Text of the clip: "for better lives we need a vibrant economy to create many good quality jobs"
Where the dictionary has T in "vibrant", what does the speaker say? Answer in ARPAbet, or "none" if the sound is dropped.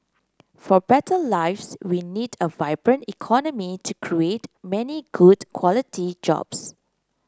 T